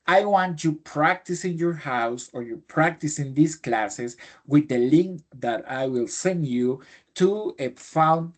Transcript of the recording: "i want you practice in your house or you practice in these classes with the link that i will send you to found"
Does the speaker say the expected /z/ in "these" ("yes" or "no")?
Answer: no